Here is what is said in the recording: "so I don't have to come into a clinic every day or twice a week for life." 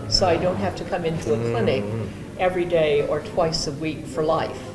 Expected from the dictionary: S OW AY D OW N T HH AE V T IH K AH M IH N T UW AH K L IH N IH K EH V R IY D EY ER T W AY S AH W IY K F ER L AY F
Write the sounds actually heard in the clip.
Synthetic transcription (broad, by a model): S OW AY D OW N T HH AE F T IH K AH M IH N T UW AH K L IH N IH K EH V R IY D EY ER T W AY S AH W IY K F ER L AY F